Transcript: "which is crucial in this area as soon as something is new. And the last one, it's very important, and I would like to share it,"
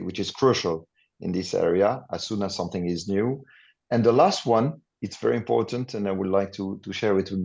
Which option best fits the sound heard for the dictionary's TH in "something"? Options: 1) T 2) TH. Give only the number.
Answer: 2